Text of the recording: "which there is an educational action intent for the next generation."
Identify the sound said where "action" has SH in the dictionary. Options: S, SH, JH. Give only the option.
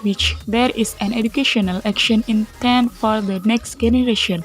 SH